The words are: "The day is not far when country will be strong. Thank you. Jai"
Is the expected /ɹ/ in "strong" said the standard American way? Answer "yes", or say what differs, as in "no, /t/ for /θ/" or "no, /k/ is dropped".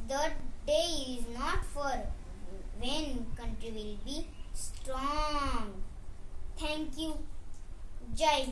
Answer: yes